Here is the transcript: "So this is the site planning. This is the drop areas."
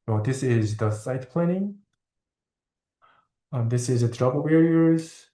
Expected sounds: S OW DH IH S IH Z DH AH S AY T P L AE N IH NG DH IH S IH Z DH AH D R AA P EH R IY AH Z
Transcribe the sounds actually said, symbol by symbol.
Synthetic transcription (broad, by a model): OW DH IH S IH Z DH AH S AY T P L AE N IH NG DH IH S IH Z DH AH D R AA B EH R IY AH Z